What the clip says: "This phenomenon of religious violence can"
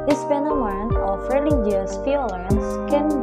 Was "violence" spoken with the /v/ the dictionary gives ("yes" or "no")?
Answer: no